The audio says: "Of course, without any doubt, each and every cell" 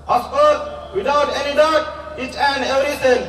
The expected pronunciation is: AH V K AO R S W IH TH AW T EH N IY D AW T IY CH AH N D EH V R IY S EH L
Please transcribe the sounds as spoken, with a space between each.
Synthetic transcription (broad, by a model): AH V K AO R S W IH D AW T EH N IY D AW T IY CH AH N D EH V R IY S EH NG